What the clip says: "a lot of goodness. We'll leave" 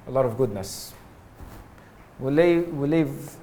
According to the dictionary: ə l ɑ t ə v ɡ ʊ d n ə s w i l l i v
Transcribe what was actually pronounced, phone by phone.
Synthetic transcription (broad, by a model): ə l ɑ t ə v ɡ ʊ d n ə s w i w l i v